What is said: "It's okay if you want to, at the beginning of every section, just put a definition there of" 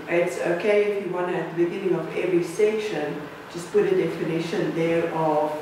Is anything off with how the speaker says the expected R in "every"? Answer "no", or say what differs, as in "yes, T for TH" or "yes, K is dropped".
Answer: no